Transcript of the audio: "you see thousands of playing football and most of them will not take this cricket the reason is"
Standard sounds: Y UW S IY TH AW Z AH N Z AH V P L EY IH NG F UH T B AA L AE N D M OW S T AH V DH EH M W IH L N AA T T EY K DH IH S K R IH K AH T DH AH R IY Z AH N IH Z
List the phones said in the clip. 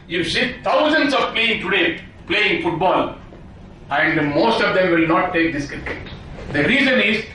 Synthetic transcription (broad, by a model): Y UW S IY T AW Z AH N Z AH V P L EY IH NG F UH T B AA L AE N D M OW S T AH V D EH M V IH L N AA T T EY K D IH S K IH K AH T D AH R IY Z AH N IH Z